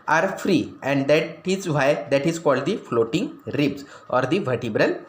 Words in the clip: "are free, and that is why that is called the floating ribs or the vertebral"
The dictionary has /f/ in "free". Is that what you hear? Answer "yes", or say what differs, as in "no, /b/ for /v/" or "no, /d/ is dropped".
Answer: yes